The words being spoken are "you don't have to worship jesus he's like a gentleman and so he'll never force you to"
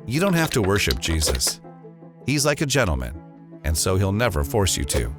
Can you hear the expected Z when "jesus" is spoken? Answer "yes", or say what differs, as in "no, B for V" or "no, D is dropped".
yes